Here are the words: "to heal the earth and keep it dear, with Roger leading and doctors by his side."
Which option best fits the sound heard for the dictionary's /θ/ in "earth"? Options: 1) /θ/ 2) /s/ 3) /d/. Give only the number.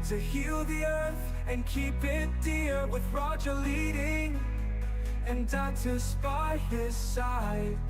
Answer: 1